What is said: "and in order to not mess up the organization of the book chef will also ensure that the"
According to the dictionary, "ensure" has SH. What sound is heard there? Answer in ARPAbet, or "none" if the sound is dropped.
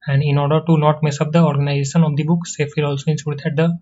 S